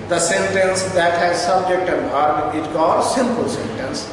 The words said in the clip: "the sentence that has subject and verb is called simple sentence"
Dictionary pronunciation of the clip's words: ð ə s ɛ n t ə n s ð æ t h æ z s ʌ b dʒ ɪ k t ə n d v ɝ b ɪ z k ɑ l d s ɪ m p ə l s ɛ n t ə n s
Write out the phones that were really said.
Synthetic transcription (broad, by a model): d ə s ɛ n t ə n s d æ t h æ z s ʌ b dʒ ɪ k t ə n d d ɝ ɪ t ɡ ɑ d s ɪ m p ə l s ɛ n t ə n s